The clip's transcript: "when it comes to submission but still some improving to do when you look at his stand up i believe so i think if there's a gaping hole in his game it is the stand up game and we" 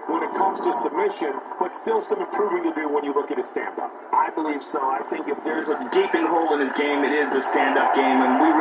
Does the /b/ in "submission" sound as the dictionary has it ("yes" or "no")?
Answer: yes